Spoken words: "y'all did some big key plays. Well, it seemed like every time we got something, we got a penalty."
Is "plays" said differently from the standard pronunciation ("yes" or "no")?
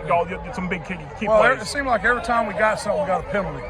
yes